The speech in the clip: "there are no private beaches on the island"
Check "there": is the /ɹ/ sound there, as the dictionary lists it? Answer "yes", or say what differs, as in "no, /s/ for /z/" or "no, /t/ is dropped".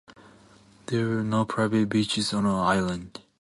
no, /w/ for /ɹ/